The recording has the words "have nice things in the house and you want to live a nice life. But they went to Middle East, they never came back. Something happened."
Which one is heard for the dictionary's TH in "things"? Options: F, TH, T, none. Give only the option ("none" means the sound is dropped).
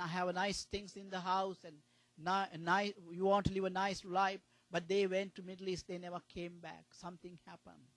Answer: T